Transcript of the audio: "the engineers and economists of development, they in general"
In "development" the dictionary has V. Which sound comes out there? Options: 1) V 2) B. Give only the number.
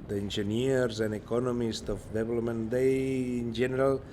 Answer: 2